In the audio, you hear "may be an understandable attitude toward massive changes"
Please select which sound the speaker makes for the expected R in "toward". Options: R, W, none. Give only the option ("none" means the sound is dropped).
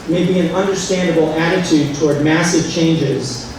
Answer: R